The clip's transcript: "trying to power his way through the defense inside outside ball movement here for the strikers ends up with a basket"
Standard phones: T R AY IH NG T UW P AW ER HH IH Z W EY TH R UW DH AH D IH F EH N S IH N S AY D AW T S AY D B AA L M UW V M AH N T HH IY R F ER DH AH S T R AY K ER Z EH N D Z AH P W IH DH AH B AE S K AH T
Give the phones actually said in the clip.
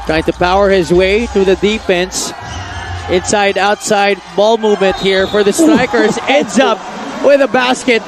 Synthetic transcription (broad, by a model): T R AY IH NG T UW P AW ER HH IH Z W EY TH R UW DH AH D IH F EH N S IH N S AY D AW T S AY D B AA L M UW V M AH N T HH IY R F ER DH AH S T R AY K ER Z EH N D Z AH P W IH DH AH B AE S K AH T